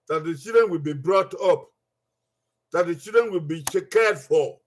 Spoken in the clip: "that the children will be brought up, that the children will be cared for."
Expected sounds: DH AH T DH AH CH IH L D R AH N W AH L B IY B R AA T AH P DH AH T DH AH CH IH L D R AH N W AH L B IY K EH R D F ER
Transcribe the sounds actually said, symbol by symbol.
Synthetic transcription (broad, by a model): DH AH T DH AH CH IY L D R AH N W AH L B IY B R AA T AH P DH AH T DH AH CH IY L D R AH N W AH L B IY K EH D F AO